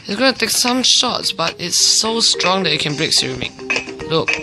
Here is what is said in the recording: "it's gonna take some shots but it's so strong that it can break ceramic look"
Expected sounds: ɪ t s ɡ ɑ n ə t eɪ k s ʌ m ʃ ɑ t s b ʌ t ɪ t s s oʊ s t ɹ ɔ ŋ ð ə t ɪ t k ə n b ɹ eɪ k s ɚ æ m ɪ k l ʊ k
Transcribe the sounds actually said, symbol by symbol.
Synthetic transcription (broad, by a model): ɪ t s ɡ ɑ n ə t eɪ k s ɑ m ʃ ɑ t s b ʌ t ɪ t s s oʊ s t ɹ ɔ ŋ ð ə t ɪ t k ə n b ɹ eɪ k s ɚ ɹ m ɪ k l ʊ k